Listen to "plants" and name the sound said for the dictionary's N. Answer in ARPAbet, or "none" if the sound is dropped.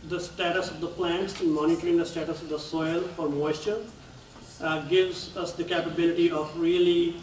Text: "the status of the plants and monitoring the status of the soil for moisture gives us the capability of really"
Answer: N